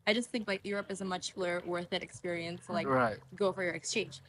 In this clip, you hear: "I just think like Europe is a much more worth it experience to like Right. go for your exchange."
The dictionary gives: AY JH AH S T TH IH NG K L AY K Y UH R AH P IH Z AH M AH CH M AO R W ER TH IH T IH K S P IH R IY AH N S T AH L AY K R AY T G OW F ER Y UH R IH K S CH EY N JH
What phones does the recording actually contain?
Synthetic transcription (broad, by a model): AY JH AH S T TH IH NG K L AY K Y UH R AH P IH Z AH M AH CH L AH R W ER TH IH T IH K S P IH R IY AH N S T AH L AY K R AY T G OW F ER Y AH R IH K S CH EY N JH